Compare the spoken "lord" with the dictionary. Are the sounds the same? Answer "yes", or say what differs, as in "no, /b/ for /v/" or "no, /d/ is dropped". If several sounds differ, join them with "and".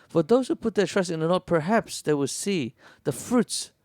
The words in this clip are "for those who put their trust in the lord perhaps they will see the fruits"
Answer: no, /n/ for /l/